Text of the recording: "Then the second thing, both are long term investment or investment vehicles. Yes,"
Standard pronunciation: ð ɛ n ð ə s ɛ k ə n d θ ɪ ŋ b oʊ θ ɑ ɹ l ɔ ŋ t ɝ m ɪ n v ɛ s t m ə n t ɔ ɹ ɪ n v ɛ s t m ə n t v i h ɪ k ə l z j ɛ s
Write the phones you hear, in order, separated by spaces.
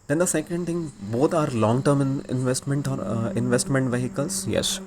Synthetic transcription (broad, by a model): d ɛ n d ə s ɛ k ə n d t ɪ ŋ b oʊ t ɑ ɹ l ɔ ŋ t ɝ m ɪ n v ɛ s t m ə n t ɔ ɹ ɪ n v ɛ s t m ə n t v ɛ h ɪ k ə l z j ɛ s